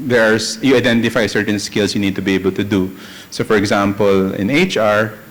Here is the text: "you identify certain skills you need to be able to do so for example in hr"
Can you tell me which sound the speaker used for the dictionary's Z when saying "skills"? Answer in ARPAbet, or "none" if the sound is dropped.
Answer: S